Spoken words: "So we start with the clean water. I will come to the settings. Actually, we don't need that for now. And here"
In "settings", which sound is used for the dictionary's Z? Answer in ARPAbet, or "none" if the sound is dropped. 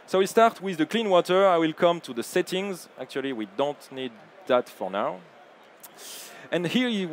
Z